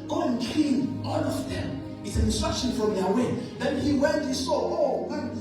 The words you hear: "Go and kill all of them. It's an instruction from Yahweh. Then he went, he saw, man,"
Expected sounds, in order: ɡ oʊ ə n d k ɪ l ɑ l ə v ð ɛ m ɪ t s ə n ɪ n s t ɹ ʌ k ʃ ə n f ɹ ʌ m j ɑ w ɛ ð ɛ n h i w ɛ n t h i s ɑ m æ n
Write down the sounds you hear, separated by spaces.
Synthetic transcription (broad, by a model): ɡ oʊ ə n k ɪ n ɑ l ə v ð ɛ m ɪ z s ə n ɪ n s t ɹ ʌ k ʃ ə n f ɹ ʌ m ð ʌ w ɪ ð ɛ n h i w ɛ n t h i s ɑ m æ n